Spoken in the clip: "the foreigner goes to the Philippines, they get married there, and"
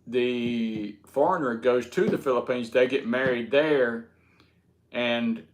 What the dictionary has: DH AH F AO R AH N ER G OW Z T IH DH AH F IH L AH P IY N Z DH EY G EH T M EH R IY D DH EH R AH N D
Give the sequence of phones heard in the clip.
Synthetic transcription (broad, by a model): DH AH F AO R AH N ER G OW Z T IH DH AH F IH L AH P IY N Z DH EY G EH T M EH R IY D DH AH R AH N